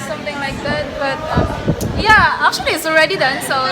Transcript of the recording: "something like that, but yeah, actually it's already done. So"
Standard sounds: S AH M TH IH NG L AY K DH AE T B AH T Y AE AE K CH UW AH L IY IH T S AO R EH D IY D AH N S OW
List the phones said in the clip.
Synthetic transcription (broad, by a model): S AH M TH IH NG L AY K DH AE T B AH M Y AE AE K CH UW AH L IY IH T S AO R EH D IY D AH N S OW